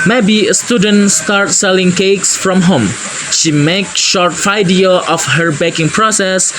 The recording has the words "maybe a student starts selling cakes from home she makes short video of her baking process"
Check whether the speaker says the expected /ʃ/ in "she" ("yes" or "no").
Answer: yes